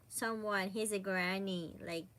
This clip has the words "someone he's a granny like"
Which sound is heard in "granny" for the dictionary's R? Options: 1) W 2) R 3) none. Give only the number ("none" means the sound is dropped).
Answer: 2